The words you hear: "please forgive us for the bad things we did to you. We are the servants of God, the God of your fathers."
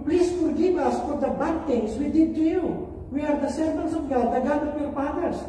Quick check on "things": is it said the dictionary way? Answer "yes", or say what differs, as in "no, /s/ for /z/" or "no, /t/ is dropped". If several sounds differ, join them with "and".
no, /t/ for /θ/